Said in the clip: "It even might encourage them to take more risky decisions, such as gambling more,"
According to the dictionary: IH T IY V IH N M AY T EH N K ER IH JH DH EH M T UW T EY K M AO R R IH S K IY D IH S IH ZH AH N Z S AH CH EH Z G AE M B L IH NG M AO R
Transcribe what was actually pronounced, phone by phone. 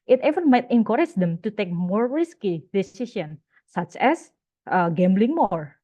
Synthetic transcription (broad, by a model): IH T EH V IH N M AY T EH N K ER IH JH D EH M T UW T EY K M AO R R IH S K IY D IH S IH S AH N S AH CH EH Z G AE M B L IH NG M AO R